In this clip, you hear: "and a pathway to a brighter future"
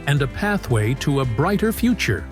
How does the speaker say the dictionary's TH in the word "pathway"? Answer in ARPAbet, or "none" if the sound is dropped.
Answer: TH